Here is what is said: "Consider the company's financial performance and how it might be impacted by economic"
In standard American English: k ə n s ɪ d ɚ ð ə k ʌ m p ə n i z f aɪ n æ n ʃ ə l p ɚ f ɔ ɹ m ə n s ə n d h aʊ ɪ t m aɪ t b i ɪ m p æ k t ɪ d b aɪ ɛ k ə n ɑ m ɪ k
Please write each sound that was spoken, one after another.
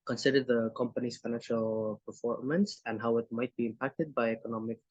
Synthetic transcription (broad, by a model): k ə n s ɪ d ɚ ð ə k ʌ m p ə n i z f aɪ n æ n ʃ ə l p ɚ f ɔ ɹ m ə n s ə n d h aʊ ɪ t m aɪ t b i ɪ m p æ k t ɪ d b aɪ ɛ k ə n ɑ m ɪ k